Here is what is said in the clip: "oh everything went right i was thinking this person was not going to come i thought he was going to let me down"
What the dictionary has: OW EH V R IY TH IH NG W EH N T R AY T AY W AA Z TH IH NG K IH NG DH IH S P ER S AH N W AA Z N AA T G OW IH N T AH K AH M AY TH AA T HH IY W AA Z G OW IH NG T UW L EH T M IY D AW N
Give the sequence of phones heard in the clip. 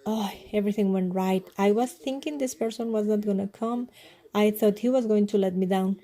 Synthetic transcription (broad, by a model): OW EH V R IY T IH NG W EH N T R AY T AY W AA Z T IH NG K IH NG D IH S P ER S AH N W AA Z N AA T G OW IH N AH K AH M AY T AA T HH IY W AA Z G OW IH NG T UW L EH T M IY D AW N